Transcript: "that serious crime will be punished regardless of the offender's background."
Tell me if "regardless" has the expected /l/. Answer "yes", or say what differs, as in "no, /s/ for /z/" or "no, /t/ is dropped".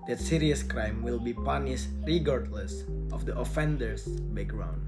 yes